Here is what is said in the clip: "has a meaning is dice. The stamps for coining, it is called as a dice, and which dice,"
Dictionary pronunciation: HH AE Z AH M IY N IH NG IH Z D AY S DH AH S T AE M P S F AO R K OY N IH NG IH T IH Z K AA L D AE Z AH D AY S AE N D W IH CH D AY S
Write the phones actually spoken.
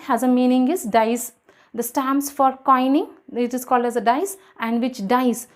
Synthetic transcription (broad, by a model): HH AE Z AH M IY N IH NG IH Z D AY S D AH S T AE M S F AO R K OY N IH NG IH T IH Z K AA L D AE Z AH D AY S AE N D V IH CH D AY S